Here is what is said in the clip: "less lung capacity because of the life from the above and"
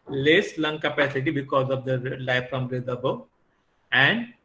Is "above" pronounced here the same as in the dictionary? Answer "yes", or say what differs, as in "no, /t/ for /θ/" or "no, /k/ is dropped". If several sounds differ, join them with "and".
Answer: no, /v/ is dropped